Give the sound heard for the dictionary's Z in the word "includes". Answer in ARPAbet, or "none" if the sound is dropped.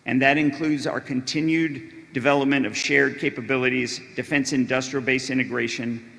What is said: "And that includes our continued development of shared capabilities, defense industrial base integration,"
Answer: Z